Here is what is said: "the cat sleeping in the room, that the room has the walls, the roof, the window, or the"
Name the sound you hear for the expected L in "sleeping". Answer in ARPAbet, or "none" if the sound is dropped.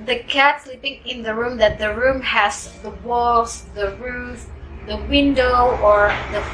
L